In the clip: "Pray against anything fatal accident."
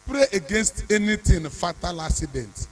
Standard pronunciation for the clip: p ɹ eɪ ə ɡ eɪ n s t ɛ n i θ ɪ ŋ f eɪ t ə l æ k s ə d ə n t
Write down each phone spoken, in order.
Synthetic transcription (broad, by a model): p ɹ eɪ ə ɡ eɪ n s t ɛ n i t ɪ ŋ f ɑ t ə l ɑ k s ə d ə n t